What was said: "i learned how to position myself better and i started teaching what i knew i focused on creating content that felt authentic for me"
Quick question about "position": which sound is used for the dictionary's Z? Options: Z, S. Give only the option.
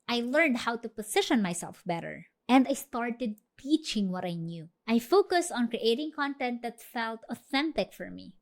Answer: S